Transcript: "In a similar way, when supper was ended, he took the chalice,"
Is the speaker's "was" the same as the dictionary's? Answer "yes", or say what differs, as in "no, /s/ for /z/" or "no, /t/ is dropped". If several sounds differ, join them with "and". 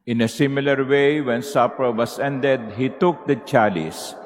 no, /s/ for /z/